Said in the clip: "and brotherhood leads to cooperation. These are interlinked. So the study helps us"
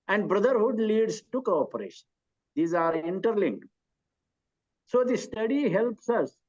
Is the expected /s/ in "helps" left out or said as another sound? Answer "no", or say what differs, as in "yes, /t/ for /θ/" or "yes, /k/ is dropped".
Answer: no